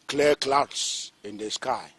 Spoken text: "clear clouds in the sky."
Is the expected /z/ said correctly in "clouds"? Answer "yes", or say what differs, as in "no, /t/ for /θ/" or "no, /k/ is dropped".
no, /s/ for /z/